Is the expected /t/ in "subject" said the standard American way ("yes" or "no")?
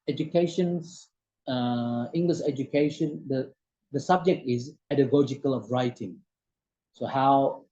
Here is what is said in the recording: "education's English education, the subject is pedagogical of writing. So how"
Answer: yes